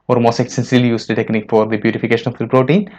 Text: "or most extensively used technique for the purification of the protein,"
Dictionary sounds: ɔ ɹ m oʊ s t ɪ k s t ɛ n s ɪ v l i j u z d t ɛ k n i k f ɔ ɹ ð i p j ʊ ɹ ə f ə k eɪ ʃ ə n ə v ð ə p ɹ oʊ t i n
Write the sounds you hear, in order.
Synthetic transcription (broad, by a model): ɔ ɹ m oʊ s t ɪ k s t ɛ n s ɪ l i j u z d t ɛ k n i k f ɔ ɹ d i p j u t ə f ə k eɪ ʃ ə n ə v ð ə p ɹ oʊ t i n